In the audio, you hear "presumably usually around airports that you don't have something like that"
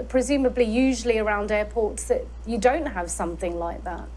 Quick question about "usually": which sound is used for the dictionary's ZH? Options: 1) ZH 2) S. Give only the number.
1